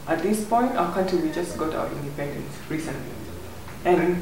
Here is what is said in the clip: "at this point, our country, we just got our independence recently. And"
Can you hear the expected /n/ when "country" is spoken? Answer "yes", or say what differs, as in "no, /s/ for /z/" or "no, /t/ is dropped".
no, /n/ is dropped